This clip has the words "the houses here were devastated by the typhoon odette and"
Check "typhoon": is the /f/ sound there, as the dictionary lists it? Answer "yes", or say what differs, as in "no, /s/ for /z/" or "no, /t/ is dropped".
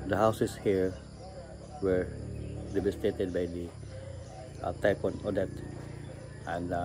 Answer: no, /p/ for /f/